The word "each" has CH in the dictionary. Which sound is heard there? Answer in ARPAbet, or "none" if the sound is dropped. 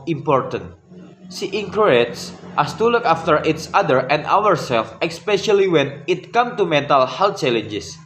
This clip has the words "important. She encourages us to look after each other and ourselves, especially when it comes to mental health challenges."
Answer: S